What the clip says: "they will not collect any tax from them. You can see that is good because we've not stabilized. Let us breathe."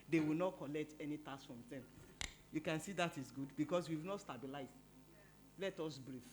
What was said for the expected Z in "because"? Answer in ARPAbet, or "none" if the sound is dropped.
S